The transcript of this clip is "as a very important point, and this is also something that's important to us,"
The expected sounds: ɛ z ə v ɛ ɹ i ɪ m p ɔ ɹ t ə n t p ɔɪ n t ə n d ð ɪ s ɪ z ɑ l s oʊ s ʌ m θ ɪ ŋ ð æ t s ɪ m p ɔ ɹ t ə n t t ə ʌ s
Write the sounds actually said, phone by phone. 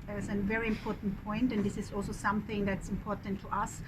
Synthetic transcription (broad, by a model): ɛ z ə v ɛ ɹ i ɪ m p ɔ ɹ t n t p ɔɪ n t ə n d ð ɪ s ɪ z ɑ l s oʊ s ʌ m θ ɪ ŋ ð æ t s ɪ m p ɔ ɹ t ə n t t ə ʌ s